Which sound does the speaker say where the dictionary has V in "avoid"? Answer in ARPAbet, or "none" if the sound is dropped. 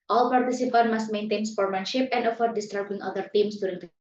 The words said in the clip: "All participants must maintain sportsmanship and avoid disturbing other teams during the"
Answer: F